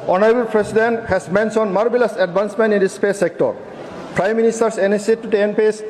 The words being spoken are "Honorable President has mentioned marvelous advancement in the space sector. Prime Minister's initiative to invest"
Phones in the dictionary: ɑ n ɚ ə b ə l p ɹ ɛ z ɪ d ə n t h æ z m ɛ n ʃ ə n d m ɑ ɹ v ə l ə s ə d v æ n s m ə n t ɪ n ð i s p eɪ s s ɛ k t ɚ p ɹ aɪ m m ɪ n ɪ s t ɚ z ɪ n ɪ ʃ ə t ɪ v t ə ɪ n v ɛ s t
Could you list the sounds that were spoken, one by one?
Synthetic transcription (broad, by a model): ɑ n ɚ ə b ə l p ɹ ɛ s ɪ d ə n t h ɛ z m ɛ n s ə n m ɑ ɹ b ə l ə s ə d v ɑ n s m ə n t ɪ n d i s p eɪ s s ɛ k t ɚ p ɹ aɪ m m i n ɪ s t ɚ s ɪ n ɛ s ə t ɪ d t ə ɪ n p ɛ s